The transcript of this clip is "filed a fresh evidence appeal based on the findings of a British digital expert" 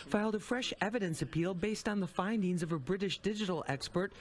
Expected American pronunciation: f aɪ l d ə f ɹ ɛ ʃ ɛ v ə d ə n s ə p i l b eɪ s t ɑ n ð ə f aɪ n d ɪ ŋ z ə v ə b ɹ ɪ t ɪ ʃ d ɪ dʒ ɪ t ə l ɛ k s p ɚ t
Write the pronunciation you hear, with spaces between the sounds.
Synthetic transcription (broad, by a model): f aɪ l d ə f ɹ ɛ ʃ ɛ v ə d ə n s ə p i l b eɪ s t n ð ə f aɪ n d ɪ ŋ z ə v ə b ɹ ɪ t ɪ ʃ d ɪ dʒ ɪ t l ɛ k s p ɚ t